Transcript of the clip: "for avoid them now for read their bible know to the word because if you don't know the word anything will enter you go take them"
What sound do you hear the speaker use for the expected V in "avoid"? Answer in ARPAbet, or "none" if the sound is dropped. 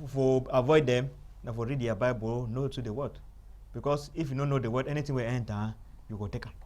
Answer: V